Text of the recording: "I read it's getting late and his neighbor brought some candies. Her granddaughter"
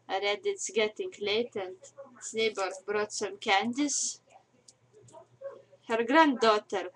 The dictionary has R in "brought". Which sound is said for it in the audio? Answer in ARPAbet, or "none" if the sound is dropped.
R